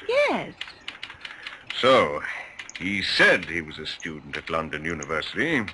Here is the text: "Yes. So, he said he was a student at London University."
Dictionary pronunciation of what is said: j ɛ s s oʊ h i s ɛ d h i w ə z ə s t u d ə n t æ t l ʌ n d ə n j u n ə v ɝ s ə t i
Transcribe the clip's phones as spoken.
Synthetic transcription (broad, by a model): j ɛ s s oʊ h i s ɛ d h i w ə z ə s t u d n t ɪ t l ʌ n d ə n j u n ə v ɝ s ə t i